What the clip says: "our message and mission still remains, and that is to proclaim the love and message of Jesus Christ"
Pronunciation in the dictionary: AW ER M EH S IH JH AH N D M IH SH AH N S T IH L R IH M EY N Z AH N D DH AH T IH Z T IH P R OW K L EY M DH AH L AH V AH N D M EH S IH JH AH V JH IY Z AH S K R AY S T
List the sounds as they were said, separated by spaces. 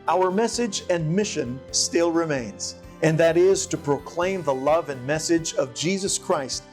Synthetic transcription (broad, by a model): AW ER M EH S IH JH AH N M IH SH AH N S T IH L R IH M EY N Z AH N DH AH T IH Z T IH P R OW K L EY M DH AH L AH V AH N M EH S IH JH AH V JH IY Z AH S K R AY S T